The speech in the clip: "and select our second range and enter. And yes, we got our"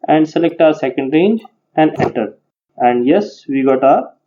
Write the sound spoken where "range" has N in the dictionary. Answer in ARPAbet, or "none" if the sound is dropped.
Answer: N